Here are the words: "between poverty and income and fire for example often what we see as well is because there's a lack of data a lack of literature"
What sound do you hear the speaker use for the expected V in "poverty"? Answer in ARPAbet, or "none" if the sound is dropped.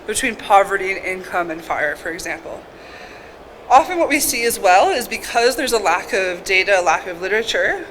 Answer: V